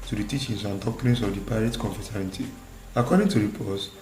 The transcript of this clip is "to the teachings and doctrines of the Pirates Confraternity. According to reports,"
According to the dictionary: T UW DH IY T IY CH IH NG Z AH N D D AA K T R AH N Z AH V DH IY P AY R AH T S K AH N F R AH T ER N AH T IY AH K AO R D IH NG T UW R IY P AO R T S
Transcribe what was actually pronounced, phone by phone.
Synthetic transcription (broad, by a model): T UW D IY T IY CH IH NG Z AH N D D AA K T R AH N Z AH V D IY P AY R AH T K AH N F AH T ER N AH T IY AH K AO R D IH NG T UW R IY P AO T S